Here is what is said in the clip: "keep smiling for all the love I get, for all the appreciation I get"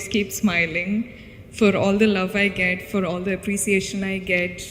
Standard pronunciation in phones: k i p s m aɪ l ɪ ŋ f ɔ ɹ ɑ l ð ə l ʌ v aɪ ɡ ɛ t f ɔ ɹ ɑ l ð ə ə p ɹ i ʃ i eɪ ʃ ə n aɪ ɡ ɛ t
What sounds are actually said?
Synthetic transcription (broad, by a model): k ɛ p s m aɪ l ɪ ŋ f ɔ ɹ ɑ l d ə l ʌ v aɪ ɡ ɛ t f ɔ ɹ ɑ l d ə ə p ɹ i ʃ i eɪ ʃ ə n aɪ ɡ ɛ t